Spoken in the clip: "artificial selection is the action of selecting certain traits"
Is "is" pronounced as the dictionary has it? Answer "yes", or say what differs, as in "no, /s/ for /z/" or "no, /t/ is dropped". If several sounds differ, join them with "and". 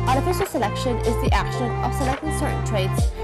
yes